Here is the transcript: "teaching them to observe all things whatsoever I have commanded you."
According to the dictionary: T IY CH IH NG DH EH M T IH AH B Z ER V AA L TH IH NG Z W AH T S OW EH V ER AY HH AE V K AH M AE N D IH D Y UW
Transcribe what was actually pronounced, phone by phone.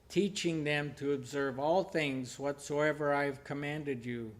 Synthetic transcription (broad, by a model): T IY CH IH NG DH EH M T IH AH B Z ER V AA L TH IH NG Z W AH T S OW EH V ER AY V K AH M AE N D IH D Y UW